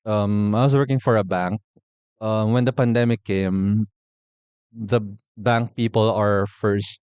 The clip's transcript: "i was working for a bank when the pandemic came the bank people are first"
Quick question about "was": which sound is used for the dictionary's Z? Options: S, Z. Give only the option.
S